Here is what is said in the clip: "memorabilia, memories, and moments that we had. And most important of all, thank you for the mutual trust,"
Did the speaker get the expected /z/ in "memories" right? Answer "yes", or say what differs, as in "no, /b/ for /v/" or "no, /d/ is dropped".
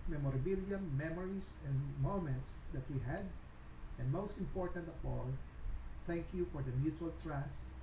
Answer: no, /s/ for /z/